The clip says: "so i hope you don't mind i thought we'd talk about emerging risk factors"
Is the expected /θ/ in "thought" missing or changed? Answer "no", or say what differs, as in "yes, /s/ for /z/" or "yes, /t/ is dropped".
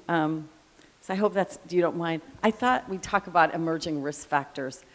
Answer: no